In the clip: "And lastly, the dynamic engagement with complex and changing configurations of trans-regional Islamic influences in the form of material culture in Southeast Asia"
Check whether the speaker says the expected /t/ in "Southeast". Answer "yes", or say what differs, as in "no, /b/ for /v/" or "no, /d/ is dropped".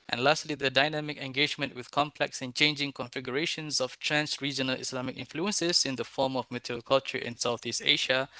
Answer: yes